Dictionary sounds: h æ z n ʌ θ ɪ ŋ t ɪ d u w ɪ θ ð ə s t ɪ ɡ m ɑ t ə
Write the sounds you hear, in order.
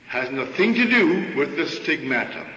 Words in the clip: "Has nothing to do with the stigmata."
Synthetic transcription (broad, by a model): h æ z n ʌ θ ɪ ŋ t ɪ d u w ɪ ð ə s t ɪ ɡ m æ t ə